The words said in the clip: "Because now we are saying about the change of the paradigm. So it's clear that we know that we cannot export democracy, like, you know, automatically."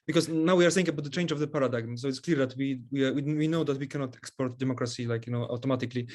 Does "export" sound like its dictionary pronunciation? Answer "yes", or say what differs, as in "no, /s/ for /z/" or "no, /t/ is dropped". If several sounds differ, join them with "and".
yes